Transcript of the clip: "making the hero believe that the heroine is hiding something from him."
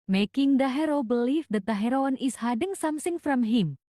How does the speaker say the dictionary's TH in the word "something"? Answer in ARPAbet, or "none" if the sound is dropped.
S